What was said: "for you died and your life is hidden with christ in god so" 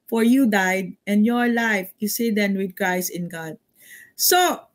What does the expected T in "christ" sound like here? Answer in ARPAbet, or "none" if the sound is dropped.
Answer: none